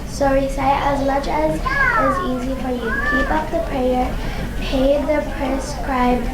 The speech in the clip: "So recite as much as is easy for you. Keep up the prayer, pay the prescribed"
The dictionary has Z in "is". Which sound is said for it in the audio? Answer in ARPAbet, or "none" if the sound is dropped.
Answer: Z